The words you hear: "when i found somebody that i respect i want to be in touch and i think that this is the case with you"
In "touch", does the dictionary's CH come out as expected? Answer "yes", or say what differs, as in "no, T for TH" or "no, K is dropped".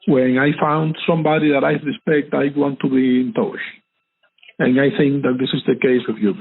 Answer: no, SH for CH